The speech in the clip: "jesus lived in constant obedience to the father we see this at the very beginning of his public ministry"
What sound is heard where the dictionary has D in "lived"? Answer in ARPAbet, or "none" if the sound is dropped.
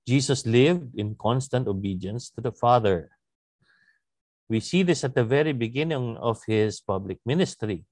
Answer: D